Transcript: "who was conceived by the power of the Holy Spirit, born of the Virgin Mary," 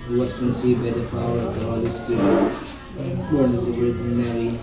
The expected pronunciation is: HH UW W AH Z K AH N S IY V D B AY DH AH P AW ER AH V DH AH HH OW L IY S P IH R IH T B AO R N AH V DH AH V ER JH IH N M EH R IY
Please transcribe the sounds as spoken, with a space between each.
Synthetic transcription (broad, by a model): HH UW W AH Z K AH N S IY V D B AY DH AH P AW ER AH V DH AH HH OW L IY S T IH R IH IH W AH N AH V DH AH W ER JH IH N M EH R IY